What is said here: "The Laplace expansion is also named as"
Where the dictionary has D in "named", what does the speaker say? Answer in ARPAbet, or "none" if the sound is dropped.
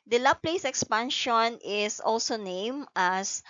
none